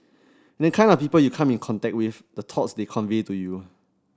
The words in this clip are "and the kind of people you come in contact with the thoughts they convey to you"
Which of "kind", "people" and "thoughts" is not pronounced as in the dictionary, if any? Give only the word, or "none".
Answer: thoughts